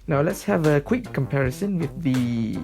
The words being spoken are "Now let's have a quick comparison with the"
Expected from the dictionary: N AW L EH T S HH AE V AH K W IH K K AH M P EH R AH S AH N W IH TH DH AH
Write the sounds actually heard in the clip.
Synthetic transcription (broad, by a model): N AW L EH T S HH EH V AH K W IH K K AH M P EH R AH S AH N W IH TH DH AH